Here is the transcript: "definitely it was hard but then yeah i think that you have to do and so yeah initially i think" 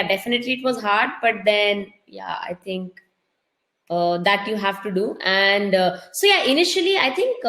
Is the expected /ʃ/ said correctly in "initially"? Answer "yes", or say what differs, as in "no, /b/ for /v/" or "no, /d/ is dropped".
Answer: yes